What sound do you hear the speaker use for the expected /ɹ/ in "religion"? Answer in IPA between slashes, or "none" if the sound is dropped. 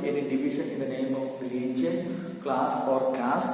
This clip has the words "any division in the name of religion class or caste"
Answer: /l/